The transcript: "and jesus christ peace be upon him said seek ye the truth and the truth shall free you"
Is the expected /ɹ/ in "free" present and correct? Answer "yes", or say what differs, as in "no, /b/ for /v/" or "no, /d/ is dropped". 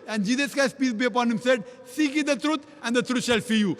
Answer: no, /ɹ/ is dropped